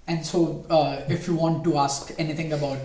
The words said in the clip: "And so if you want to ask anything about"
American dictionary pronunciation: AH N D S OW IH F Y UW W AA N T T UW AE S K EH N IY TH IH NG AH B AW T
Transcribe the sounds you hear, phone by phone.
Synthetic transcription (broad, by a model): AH N D S OW IH F Y UW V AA N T T UW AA S K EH N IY T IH NG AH B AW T